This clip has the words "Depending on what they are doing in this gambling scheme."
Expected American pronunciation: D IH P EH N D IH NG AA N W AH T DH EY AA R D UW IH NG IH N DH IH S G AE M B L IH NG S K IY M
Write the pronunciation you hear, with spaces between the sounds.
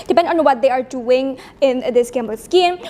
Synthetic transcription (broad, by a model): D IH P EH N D AA N W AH T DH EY AA R D UW IH NG IH N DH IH S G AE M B IH S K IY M